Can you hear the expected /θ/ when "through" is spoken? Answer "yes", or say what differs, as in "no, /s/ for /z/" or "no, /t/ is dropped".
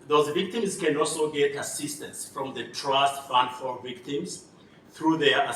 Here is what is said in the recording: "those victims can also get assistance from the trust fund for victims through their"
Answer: yes